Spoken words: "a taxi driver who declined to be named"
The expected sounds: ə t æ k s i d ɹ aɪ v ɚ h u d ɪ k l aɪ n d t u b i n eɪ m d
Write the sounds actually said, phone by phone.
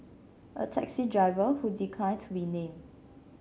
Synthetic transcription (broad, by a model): ə t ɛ k s i d ɹ aɪ v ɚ h u d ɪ k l aɪ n t u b i n eɪ m